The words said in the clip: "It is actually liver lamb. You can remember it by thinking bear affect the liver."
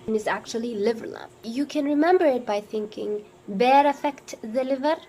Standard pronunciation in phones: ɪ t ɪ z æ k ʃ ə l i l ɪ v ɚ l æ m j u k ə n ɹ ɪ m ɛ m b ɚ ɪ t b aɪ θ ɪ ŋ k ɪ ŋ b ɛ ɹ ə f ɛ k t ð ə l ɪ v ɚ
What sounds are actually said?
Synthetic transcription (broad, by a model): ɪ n ɪ z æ k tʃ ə l i l ɪ v ɚ l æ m j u k ə n ɹ ɪ m ɛ m b ɚ ɪ t b aɪ θ ɪ ŋ k ɪ ŋ b ɛ ɹ ə f ɛ k t ð ə l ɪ v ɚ